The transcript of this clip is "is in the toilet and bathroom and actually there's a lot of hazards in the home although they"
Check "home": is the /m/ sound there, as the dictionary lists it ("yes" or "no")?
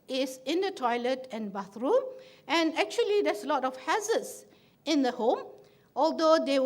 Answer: yes